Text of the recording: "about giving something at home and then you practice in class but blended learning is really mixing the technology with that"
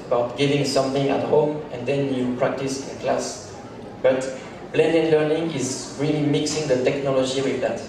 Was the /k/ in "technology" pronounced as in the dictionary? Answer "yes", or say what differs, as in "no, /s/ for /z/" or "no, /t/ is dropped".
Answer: yes